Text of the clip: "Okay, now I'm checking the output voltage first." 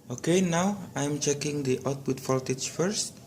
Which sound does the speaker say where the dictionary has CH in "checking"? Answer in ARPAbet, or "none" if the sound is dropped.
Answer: CH